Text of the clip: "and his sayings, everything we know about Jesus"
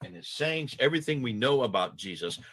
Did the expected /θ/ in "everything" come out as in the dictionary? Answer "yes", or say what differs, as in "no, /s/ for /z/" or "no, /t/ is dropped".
yes